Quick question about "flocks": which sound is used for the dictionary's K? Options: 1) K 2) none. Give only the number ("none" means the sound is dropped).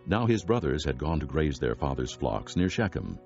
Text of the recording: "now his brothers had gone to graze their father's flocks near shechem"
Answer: 1